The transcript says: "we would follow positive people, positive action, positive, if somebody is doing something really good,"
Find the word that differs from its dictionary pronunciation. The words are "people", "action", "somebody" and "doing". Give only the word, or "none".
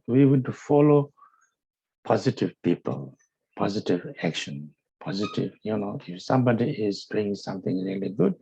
none